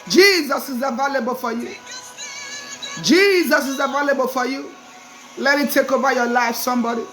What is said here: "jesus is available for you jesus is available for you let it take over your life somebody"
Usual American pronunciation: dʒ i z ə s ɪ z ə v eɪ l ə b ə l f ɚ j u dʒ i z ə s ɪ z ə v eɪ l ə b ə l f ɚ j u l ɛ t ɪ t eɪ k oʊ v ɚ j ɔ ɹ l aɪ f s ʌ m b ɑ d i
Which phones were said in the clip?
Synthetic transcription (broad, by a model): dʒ i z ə s ɪ z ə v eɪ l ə b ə l f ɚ j u dʒ i z ə s ɪ z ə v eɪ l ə b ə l f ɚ j u l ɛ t ɪ t eɪ k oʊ b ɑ j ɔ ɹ l aɪ f s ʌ m b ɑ d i